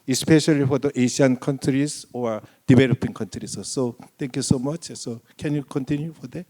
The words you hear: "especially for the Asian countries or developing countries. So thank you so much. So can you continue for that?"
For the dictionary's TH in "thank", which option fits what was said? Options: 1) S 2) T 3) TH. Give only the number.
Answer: 2